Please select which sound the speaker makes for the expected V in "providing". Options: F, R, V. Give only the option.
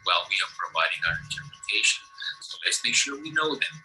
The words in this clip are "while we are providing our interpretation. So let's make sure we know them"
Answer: V